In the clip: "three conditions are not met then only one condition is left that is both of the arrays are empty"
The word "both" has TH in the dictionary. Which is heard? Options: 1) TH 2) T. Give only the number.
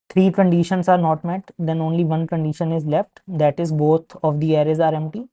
2